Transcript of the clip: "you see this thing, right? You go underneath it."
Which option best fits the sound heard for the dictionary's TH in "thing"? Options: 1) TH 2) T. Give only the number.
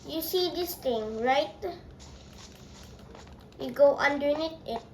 2